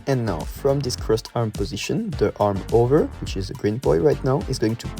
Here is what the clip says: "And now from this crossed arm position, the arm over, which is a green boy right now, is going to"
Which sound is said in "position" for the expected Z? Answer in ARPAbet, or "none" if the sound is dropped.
Z